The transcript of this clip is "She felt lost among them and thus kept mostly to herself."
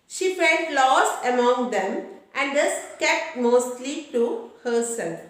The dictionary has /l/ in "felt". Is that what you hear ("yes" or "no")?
no